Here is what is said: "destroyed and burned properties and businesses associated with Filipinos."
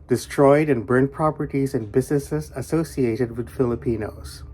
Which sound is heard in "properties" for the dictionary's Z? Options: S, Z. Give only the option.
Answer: Z